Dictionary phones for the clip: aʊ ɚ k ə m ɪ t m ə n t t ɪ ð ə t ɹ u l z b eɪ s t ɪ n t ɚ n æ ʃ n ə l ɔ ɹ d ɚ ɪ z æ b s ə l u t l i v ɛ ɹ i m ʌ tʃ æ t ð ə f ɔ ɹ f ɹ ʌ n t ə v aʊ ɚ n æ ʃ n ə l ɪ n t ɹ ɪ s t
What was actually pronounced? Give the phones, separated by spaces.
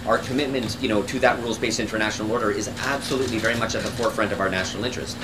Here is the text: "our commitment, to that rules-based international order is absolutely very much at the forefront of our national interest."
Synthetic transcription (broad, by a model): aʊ ɚ k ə m ɪ t m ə n t t ɪ ð ə t ɹ u l z b eɪ s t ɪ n t ɚ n æ ʃ n l ɔ ɹ d ɚ ɪ z æ b s ə l u t l i v ɛ ɹ i m ʌ tʃ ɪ t ð ə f ɔ ɹ f ɹ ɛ n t ə v aʊ ɚ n æ ʃ n l ɪ n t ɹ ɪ s t